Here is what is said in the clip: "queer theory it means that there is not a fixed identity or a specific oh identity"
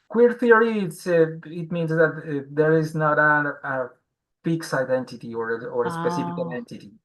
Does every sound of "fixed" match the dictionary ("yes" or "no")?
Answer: no